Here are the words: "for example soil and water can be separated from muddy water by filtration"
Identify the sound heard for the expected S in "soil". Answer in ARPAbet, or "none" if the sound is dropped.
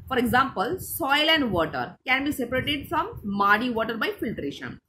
S